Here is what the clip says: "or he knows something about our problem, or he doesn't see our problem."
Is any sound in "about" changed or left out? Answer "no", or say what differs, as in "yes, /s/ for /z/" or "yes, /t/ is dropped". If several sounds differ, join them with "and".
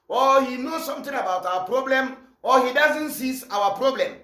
no